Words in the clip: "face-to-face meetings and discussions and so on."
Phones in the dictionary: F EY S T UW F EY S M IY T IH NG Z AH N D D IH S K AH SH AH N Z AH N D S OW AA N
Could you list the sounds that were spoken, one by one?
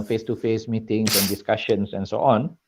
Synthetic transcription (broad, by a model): F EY S T UW F EY S M IY T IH NG S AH N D D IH S K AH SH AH N S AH N S OW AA N